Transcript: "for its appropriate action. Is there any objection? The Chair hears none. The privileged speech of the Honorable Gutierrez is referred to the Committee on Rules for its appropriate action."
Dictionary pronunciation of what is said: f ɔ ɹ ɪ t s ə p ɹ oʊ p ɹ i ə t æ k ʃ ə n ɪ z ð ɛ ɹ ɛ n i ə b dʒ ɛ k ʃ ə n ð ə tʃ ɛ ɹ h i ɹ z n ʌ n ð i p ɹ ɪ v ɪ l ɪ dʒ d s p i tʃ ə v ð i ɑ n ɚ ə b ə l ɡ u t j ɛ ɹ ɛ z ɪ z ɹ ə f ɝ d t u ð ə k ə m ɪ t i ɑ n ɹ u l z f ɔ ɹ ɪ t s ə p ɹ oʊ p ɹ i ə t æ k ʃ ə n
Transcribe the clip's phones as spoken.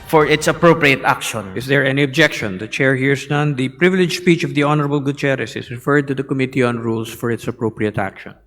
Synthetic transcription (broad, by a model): f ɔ ɹ ɪ t s ə p ɹ oʊ p ɹ i ə t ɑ k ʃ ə n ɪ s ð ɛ ɹ ɛ n i ə b dʒ ɛ k ʃ ə n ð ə tʃ ɛ ɹ h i ɹ s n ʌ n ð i p ɹ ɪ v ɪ l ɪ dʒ s p i tʃ ə v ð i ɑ n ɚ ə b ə l ɡ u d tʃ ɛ ɹ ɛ s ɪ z ɹ ə f ɝ d t u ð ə k ə m ɪ t i ɑ n ɹ u l s f ɔ ɹ ɪ t s ə p ɹ oʊ p ɹ i ə t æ k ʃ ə n